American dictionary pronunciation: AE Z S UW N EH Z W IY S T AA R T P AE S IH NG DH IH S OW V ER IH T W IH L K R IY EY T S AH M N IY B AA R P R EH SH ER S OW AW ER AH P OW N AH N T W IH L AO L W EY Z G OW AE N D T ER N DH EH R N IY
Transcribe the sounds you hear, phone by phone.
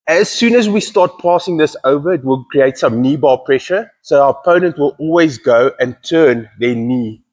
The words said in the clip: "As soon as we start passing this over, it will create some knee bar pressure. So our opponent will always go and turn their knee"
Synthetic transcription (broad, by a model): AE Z S UW N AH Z W IY S T AA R T P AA S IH NG DH IH S OW V ER IH T W IH L K R IY EY T S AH M N IY B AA P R EH SH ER S OW AW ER AH P OW N AH N T W IH L AO L W EY Z G OW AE N T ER N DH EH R N IY